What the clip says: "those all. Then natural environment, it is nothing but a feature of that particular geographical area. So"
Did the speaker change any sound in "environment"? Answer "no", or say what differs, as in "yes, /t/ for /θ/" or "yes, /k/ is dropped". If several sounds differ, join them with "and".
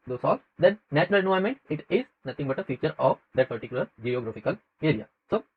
yes, /ɹ/ is dropped